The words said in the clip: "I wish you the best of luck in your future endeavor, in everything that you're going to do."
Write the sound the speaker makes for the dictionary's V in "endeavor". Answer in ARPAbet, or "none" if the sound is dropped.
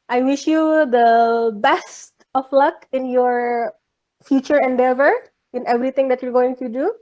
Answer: V